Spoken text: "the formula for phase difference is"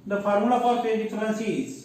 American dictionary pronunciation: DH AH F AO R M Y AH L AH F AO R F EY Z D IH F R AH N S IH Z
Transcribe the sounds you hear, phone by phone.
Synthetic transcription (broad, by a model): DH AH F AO R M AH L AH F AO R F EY D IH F R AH N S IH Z